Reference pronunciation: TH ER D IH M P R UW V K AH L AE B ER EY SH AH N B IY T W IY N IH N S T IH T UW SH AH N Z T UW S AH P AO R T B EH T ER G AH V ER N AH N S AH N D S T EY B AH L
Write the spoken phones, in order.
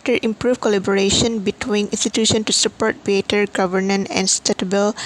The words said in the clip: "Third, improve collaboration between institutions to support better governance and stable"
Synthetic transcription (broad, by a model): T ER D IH M P R UW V K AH L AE B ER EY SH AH N B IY T W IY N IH N S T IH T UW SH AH N T UW S AH P AO R T B EH T ER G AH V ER N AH N AH N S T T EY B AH L